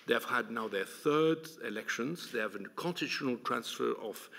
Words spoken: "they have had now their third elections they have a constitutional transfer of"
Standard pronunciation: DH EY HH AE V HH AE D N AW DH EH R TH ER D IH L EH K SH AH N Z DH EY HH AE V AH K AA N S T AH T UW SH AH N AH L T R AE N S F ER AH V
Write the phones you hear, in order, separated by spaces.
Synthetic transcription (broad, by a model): DH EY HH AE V HH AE D N AW DH EH R TH ER D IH L EH K SH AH N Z DH EY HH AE V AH K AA N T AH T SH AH N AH L T R AE N S F ER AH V